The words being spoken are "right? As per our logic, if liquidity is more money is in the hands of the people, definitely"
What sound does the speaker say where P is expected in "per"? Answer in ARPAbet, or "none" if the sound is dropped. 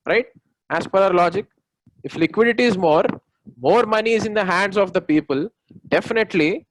P